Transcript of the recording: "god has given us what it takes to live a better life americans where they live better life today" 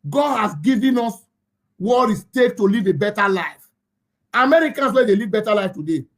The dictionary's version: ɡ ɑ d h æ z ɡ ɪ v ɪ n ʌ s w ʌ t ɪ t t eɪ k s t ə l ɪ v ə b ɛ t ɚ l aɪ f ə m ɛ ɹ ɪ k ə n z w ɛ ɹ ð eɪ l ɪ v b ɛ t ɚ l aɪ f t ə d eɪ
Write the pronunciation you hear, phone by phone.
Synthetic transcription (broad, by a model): ɡ ɑ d h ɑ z ɡ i v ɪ n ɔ s w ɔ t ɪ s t eɪ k t ə l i v ə b ɛ t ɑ l aɪ f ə m ɛ ɹ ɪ k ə n s w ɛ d eɪ l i v b ɛ t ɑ l aɪ f t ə d eɪ